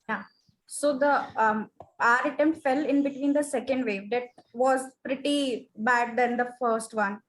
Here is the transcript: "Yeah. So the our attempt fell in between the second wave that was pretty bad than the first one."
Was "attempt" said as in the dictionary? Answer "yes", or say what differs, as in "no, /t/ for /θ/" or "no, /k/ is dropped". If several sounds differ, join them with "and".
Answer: no, /p/ is dropped